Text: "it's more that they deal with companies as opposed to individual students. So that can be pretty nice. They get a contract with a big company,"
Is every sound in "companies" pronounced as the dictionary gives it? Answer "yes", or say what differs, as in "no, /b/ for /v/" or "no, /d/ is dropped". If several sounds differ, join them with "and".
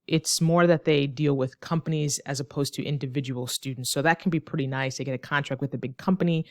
yes